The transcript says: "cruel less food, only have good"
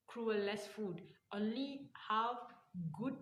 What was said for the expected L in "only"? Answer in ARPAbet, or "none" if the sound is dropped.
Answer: L